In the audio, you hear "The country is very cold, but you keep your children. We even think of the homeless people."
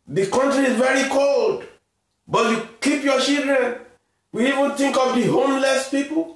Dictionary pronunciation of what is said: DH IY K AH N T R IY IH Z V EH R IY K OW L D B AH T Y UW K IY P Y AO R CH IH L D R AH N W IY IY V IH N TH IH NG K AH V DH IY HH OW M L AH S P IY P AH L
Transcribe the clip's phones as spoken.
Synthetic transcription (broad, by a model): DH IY K AH N T R IY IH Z V EH R IY K OW L D B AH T Y UW K IY P Y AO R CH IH L D R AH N W IY IY V IH N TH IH NG K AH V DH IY HH OW M L AH S P IY P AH L